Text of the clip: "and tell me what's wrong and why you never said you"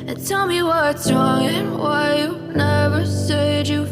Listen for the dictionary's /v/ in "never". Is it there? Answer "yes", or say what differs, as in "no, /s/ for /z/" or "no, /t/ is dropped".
yes